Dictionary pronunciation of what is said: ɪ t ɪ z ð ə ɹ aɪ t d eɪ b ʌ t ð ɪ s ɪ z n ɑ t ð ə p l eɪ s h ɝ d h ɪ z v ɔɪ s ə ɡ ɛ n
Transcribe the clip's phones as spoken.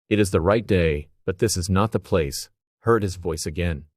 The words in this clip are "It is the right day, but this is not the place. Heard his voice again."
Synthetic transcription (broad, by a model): ɪ t ɪ z ð ə ɹ aɪ t d eɪ b ʌ t ð ɪ s ɪ z n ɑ t ð ə p l eɪ s h ɝ d h ɪ z v ɔɪ s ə ɡ ɛ n